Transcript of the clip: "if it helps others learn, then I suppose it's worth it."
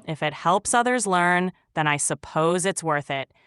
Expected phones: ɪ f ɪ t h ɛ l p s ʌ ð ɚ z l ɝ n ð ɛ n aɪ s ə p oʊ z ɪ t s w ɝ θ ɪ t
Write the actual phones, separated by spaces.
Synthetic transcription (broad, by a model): ɪ f ɪ t h ɛ l p s ʌ ð ɚ z l ɝ n ð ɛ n aɪ s ə p oʊ z ɪ t s w ɝ θ ɪ t